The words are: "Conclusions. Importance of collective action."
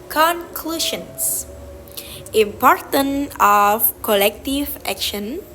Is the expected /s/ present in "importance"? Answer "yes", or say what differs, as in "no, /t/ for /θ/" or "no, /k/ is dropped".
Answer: no, /s/ is dropped